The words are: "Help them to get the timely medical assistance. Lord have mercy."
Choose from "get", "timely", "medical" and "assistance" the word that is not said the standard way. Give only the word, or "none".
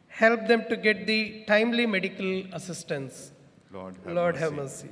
none